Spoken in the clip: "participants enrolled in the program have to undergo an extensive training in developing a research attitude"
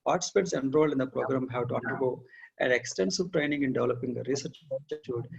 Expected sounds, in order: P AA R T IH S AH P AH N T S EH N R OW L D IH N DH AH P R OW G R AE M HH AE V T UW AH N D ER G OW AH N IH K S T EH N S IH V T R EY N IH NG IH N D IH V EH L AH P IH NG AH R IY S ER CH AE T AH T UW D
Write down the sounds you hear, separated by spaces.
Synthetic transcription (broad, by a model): P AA R T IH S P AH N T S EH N R OW L IH N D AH P R OW G R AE M HH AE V T UW AH N D ER G OW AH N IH K S T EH N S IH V T R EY N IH NG IH N D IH V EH L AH P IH NG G R IY S ER CH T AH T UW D